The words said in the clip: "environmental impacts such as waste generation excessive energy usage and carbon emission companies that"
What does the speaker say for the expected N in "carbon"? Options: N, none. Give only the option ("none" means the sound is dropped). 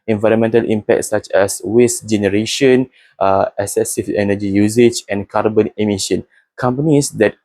N